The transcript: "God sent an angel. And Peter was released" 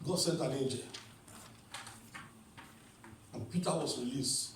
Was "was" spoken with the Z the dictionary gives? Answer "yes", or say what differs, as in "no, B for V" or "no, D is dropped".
no, S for Z